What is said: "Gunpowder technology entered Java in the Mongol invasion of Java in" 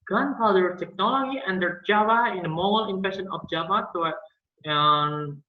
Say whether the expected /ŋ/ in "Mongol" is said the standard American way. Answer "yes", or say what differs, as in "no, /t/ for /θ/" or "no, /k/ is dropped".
no, /ŋ/ is dropped